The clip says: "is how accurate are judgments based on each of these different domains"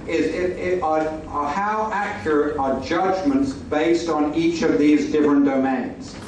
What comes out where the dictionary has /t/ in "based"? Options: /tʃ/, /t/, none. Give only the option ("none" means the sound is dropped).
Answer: /t/